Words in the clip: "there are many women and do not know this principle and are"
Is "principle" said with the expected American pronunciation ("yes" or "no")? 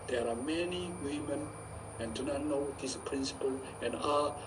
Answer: yes